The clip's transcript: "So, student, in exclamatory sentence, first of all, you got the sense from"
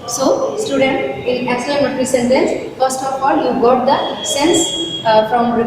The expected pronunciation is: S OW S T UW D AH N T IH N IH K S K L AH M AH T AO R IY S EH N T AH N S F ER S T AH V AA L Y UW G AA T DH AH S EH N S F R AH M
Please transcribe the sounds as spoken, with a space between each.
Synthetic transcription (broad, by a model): S OW S T UW D AH N T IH L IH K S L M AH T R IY S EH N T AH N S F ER S T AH F AA L Y UW G AA T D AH S EH N S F R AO M